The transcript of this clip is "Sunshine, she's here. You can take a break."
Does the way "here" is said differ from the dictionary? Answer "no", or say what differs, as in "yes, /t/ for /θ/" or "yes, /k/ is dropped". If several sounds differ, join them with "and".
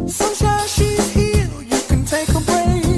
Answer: yes, /l/ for /ɹ/